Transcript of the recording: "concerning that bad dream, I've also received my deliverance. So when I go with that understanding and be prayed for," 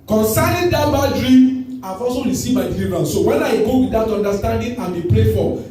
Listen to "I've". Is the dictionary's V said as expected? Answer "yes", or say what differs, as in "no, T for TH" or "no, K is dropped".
no, F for V